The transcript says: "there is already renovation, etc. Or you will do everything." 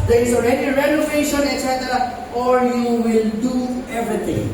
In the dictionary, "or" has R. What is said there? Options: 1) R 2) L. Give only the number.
2